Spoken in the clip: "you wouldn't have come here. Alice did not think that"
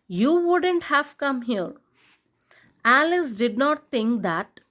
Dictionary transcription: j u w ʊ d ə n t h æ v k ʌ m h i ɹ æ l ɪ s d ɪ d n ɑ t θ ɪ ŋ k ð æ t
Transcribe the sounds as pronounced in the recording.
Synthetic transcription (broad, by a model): j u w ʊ d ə n t h æ v k ʌ m h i ɹ æ l ɪ s d ɪ d n ɑ t t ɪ ŋ k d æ t